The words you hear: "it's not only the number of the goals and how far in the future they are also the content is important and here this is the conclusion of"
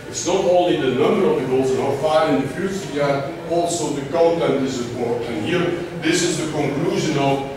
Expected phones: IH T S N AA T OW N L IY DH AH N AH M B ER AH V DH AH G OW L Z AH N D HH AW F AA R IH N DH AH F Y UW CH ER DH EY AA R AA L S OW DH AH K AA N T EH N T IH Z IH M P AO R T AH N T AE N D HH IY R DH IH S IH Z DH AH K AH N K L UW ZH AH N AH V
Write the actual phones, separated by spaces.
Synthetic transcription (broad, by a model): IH T S N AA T OW N L IY DH AH N AH M B ER AH V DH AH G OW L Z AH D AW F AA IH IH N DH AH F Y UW S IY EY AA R AA L S OW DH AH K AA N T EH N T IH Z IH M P AO R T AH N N HH IY R DH IH S IH Z DH AH K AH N K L UW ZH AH N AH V